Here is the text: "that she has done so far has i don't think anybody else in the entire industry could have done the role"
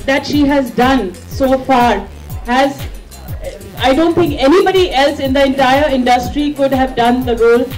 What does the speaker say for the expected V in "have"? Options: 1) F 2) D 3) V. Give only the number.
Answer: 3